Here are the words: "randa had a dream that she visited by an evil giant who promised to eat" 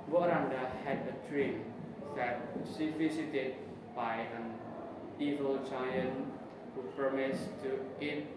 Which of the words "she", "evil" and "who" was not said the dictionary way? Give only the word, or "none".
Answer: she